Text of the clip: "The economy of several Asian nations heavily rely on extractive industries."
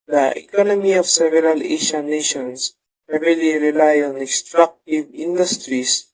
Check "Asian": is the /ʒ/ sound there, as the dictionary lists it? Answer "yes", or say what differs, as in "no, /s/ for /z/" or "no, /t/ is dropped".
no, /ʃ/ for /ʒ/